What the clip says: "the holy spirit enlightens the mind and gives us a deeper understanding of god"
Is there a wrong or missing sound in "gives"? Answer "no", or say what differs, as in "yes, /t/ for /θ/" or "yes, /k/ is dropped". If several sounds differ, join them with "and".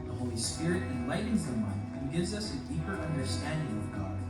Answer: no